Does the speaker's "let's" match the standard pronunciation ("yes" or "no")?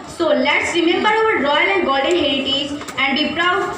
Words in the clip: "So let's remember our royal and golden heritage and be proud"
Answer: yes